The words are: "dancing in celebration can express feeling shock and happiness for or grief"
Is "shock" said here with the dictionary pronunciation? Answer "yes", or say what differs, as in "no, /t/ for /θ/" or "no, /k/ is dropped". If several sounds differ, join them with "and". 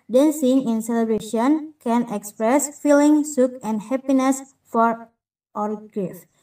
no, /s/ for /ʃ/